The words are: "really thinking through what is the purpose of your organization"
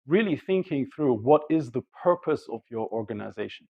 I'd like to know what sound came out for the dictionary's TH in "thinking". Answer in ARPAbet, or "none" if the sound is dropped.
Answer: TH